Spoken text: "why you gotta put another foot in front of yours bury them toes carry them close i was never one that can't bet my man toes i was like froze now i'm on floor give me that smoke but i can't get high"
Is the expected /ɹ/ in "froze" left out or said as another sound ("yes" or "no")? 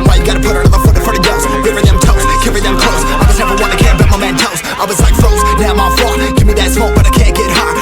yes